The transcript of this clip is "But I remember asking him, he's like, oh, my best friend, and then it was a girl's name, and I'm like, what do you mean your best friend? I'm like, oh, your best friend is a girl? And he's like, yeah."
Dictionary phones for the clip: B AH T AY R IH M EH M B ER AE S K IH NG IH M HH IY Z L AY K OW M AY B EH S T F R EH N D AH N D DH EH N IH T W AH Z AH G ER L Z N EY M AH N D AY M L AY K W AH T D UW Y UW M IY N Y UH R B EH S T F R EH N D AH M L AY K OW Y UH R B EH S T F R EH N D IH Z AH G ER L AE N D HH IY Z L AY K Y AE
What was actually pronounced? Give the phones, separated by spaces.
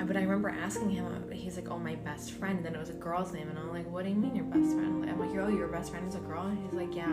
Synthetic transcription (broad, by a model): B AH T AY R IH M EH M B ER AE S K IH NG IH M HH IY Z L AY K OW M AY B EH S T F R EH N D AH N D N IH T W AH Z AH G ER L Z N EY M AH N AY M L AY K W AH T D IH Y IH M IY N Y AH R B EH S T F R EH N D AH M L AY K OW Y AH R B EH S T F R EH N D IH Z AH G ER L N HH IY Z L AY K Y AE